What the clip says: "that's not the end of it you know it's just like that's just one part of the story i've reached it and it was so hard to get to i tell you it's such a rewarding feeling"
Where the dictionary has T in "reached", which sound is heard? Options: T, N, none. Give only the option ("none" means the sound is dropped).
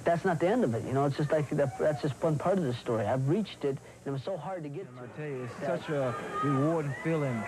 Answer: T